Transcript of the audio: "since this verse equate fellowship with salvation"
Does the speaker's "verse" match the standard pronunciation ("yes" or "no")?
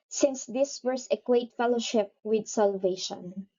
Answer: no